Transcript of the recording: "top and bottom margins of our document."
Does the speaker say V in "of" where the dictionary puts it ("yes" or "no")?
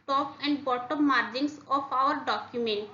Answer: no